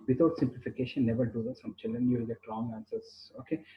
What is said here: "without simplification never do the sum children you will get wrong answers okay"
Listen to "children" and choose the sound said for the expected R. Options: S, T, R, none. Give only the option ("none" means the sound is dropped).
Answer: R